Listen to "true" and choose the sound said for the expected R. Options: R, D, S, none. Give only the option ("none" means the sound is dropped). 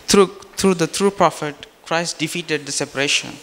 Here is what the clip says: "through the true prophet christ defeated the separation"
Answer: R